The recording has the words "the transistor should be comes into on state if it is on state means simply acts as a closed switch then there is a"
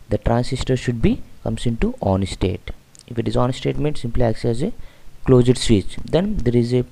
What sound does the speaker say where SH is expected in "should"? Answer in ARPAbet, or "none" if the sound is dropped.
SH